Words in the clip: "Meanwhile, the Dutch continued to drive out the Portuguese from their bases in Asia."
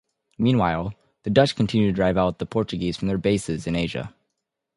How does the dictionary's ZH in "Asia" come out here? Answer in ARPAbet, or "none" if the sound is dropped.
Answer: ZH